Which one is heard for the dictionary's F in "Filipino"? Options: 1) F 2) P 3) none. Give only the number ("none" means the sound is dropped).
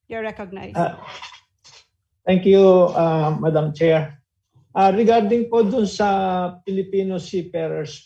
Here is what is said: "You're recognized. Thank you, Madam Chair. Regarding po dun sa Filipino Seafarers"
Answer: 2